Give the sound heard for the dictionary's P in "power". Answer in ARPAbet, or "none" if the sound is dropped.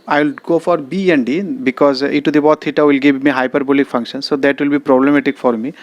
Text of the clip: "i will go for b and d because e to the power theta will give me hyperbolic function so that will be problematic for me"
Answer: B